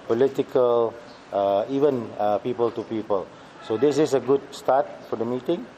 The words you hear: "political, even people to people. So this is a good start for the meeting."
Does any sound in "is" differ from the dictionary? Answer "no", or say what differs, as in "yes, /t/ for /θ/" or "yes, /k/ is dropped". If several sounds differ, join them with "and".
yes, /s/ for /z/